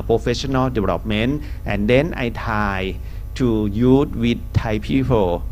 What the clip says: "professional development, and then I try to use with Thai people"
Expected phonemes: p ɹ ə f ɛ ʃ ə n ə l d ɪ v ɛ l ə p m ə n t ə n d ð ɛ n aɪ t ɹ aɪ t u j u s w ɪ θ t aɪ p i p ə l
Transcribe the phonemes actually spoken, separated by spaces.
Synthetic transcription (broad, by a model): p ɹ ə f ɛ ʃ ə n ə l d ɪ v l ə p m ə n t ə n d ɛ n aɪ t aɪ t u j u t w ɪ t aɪ p i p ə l